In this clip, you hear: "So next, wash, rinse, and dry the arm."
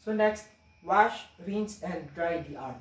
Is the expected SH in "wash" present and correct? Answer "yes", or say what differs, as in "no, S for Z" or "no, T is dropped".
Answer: yes